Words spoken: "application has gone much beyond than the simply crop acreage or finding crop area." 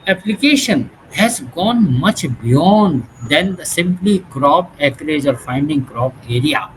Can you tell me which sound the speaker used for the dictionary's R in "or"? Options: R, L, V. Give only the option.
R